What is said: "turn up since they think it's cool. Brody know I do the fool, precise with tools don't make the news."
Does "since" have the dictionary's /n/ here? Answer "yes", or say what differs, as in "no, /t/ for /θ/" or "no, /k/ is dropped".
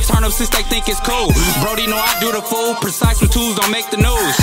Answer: no, /n/ is dropped